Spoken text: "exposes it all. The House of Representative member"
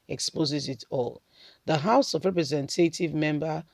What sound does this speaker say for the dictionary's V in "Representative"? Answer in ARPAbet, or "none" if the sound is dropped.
V